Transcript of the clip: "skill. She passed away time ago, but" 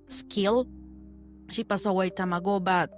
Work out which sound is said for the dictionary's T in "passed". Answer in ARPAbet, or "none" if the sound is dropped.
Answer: none